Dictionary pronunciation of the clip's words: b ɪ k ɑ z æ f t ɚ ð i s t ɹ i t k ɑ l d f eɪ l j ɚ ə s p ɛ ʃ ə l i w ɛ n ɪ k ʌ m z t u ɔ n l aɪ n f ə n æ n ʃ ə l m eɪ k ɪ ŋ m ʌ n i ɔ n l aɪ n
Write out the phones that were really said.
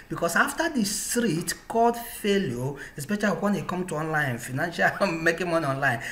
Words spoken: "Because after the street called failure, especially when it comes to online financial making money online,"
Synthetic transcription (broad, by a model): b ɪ k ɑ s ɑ f t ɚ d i s t ɹ i t k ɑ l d f eɪ l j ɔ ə s p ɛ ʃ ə l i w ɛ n ɪ k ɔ m t u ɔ n l aɪ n f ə n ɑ n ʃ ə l m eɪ k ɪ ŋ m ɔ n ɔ n l aɪ n